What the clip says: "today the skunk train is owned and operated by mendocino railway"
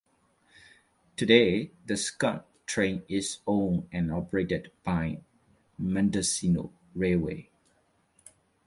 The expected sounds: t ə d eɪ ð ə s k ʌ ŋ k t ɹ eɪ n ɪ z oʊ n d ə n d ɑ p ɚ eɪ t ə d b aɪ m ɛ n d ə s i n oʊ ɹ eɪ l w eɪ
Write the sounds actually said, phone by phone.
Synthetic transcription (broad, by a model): t ə d eɪ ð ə s k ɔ t ɹ eɪ n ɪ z oʊ n ə n ɑ p ɚ eɪ t ə d b aɪ m ɛ n d ə s i n oʊ ɹ eɪ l w eɪ